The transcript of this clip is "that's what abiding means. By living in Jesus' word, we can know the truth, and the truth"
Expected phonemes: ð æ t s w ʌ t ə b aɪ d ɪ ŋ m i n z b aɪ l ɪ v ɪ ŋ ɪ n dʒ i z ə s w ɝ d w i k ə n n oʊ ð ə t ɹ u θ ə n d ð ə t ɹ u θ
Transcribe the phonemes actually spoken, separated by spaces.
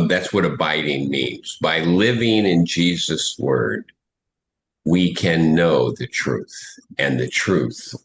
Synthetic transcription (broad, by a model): ð æ t s w ʌ t ə b aɪ d ɪ ŋ m i n z b aɪ l ɪ v ɪ ŋ ɪ n dʒ i z ə s w ɝ d w i k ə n n oʊ ð ə t ɹ u θ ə n ð ə t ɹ u θ